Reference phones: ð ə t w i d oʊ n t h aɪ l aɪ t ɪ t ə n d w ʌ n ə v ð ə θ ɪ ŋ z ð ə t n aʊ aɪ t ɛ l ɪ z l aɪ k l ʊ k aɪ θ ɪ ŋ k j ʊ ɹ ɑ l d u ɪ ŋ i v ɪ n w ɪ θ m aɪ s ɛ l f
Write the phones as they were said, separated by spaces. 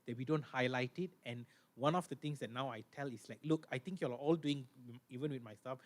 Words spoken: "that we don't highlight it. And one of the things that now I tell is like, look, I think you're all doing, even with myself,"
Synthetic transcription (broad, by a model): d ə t w i d oʊ n t h aɪ l aɪ t ɪ t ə n w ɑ n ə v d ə t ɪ ŋ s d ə t n aʊ aɪ t ɛ l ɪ s l aɪ k l ʊ k aɪ t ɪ ŋ k j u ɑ ɑ l d u ɪ ŋ i v ɪ n w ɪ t m aɪ s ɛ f